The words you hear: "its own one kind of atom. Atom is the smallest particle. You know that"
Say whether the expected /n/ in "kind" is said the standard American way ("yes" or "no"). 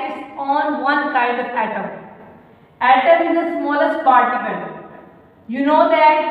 no